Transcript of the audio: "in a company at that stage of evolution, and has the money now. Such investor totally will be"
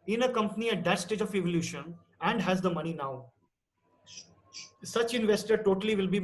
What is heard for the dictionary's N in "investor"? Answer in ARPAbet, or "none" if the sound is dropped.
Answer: N